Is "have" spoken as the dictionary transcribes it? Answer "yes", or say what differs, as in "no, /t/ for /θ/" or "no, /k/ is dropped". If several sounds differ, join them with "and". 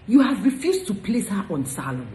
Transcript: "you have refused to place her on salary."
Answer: yes